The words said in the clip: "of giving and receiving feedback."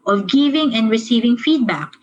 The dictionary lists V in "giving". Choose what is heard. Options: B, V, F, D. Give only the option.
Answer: V